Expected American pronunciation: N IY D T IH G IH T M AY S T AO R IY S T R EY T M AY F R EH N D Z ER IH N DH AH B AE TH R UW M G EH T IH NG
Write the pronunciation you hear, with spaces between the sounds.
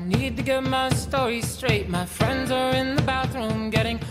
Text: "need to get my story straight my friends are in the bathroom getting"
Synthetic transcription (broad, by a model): N IY D T IH G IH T M AY S T AO R IY S T R EY T M AY F R EH N D Z ER IH N DH AH B AE TH R UW M G EH T IH NG